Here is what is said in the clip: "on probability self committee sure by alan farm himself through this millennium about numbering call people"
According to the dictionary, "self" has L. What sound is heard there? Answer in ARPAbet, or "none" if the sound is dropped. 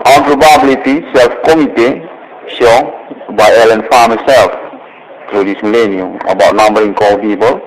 L